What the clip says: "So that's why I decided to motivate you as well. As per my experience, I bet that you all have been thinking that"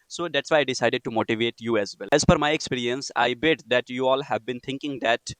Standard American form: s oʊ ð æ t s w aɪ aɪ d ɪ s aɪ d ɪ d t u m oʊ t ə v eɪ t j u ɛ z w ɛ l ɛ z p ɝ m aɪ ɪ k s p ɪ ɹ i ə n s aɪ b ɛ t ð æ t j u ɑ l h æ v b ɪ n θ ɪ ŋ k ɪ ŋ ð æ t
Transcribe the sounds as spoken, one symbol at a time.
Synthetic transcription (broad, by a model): s oʊ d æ t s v aɪ aɪ d ɪ s aɪ d ɪ d t u m oʊ t ə v eɪ t j u ɛ z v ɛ l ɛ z f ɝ m aɪ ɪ k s p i ɹ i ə n s aɪ b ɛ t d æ t j u ɑ l h æ v b ɪ n t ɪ ŋ k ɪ ŋ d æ t